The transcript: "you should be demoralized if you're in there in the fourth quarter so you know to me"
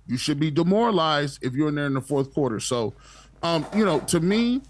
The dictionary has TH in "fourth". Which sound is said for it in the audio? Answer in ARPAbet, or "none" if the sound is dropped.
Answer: TH